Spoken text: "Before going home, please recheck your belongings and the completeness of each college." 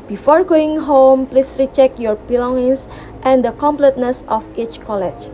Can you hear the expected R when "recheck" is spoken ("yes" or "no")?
yes